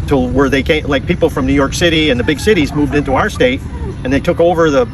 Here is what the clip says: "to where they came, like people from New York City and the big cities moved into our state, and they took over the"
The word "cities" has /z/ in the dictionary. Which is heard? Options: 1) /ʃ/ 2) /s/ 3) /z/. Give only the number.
3